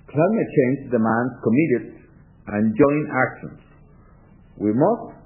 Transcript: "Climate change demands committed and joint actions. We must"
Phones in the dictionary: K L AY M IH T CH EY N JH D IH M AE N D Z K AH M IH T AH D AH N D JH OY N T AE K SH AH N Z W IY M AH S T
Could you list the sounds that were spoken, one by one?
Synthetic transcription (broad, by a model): K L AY M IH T CH EY N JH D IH M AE N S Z K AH M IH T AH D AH N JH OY N AE K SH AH N S W IY M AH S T